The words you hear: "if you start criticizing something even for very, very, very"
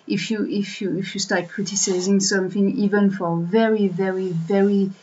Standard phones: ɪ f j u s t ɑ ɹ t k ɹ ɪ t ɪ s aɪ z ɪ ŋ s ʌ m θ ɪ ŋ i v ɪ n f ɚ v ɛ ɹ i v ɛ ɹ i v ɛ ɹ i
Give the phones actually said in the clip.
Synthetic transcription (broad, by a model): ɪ f j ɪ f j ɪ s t k ɹ ɪ t ɪ s aɪ z ɪ ŋ s ʌ m θ ɪ ŋ i v ɪ n f ɚ v ɛ ɹ i v ɛ ɹ i v ɛ ɹ i